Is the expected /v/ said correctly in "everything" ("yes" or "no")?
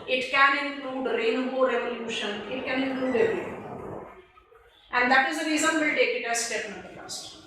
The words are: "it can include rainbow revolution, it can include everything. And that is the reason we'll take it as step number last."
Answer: no